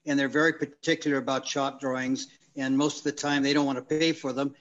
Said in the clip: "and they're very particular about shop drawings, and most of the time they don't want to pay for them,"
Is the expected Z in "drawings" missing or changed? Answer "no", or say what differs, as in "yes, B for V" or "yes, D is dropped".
no